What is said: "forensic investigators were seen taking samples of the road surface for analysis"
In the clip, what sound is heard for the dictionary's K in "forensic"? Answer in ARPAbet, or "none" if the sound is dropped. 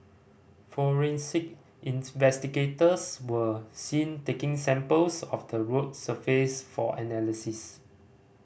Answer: K